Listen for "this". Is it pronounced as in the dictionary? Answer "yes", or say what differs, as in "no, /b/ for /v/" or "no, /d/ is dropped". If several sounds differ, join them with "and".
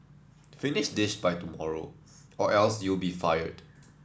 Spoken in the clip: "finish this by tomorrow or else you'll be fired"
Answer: no, /ʃ/ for /s/